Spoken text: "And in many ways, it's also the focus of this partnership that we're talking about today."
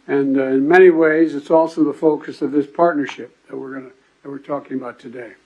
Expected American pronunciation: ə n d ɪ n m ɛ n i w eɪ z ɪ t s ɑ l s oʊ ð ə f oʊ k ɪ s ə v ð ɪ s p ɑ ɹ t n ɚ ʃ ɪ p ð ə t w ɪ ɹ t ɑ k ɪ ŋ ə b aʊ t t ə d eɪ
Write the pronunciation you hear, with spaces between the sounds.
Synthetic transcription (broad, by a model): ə n ɪ n m ɛ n i w eɪ z ɪ t s ɑ l s oʊ ð ə f oʊ k ɪ s ə v ð ɪ s p ɑ ɹ t n ɚ ʃ ɪ p ð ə t w ɪ ɹ t ɑ k ɪ ŋ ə b aʊ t t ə d eɪ